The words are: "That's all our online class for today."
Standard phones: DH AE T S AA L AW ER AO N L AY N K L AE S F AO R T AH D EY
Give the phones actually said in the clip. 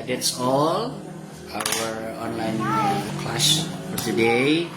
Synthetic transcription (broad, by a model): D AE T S AA L AW ER AO N L AY N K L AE SH F AO R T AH D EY